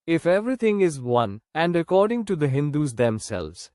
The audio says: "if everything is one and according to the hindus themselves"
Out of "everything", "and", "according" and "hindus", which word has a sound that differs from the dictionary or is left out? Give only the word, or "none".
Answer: everything